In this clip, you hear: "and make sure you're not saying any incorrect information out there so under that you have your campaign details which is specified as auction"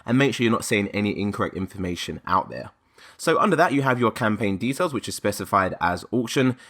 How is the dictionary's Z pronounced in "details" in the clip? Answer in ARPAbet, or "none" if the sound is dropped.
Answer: Z